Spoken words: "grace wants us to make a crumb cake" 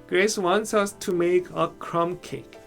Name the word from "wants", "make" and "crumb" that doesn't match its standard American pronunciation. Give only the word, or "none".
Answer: none